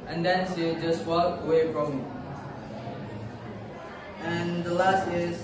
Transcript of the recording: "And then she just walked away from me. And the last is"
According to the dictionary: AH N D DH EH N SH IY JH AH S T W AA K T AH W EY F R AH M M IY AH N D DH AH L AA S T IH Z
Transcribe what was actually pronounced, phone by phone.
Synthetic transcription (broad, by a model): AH N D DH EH N S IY JH AH S T W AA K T AH W EY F R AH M M IY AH N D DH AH L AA S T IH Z